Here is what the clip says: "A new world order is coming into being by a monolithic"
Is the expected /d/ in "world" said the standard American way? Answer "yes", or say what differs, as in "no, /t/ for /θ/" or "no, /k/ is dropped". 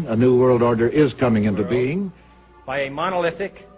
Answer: yes